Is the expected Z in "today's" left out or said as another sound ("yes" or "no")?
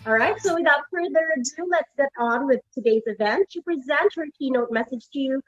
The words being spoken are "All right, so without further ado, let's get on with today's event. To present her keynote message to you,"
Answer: no